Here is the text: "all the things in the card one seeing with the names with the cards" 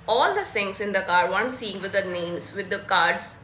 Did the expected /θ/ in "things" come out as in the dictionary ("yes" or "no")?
no